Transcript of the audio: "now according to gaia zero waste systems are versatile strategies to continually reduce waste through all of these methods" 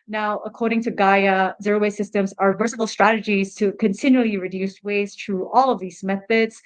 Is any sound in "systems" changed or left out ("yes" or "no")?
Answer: no